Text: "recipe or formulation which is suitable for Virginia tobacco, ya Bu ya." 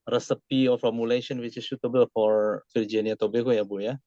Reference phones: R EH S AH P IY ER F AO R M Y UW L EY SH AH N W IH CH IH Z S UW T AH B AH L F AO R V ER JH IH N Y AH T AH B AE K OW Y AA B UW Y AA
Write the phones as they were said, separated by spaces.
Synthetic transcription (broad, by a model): R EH S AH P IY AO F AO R M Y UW L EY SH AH N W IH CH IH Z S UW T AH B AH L F AO R F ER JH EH N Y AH T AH B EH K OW Y AA B UW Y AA